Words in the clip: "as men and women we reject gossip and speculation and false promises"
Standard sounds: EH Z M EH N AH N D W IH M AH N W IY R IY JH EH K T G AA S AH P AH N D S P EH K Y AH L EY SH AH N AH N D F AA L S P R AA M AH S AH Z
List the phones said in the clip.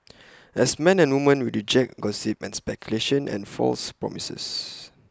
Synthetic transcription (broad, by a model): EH S M EH N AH N W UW M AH N W IY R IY JH EH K G AA S AH P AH N S P EH K Y AH L EY SH AH N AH N F AA L S P R AA M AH S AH S